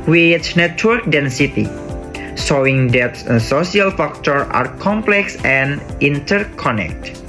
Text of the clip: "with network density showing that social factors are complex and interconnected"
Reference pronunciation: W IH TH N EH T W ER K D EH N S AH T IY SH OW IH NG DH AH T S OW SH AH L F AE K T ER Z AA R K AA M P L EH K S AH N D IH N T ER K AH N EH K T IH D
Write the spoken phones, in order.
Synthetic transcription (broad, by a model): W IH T N EH T W ER K D EH N S AH T IY S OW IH NG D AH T S OW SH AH L F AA K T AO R AA R K AA M P L EH K S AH N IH N T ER K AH N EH K T